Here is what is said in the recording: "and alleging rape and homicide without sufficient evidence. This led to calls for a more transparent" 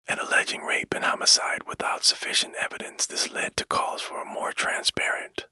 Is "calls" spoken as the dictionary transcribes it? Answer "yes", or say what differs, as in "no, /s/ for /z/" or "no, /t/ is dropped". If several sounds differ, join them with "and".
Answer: no, /l/ is dropped